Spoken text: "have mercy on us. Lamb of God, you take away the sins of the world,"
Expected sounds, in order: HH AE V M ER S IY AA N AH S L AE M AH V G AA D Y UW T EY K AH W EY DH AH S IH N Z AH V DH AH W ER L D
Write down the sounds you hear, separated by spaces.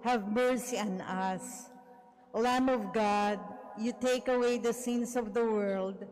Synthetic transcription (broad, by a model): HH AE V M ER S IY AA N AH S L AE M AH V G AA D Y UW T EY K AH W EY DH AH S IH N S AH V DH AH W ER L D